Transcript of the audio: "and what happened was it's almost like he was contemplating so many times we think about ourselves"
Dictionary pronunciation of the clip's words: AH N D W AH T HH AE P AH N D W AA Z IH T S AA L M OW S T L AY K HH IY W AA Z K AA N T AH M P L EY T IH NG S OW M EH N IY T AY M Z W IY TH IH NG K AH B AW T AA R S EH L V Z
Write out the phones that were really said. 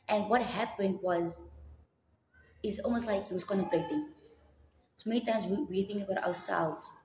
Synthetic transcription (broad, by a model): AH N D W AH T HH AE P AH N D W AA Z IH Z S AA L M OW S T L AY K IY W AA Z K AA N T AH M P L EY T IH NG S OW M EH N IY T AY M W W IY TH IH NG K AH B AW T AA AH S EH L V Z